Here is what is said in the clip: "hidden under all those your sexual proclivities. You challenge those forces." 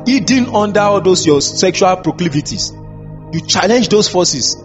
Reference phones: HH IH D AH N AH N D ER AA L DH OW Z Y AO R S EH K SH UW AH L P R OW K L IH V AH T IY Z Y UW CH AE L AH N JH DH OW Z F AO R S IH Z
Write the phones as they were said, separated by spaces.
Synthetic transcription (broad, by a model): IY D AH N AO N D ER AA L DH OW S Y AO S EH K SH UW AH L P R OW K L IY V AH T IY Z Y UW CH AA L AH N JH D OW S F AO S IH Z